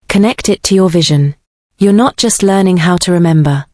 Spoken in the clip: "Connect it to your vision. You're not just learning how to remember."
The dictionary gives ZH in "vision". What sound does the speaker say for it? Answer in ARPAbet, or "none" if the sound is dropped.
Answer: ZH